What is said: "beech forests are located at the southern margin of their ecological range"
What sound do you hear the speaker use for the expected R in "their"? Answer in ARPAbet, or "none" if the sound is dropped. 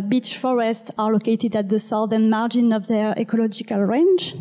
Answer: R